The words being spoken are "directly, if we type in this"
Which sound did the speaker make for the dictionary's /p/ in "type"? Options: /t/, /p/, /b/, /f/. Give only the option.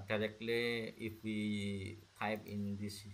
/b/